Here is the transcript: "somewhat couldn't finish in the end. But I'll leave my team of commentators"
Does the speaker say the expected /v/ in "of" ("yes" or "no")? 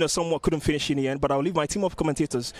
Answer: no